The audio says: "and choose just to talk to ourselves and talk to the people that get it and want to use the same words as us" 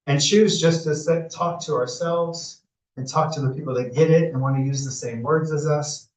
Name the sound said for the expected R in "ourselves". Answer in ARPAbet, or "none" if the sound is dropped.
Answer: R